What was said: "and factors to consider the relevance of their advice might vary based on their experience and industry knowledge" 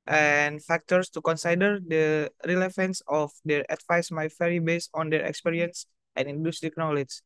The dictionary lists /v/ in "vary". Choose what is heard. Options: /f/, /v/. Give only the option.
/f/